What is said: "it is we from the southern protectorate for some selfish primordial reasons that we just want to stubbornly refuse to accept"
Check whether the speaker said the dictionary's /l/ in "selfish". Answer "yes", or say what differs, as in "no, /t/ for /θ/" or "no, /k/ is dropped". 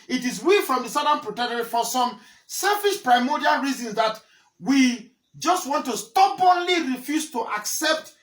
yes